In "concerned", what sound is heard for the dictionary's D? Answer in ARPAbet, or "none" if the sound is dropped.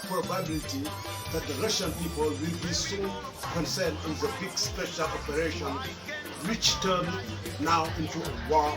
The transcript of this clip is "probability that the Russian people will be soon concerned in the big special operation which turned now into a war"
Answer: none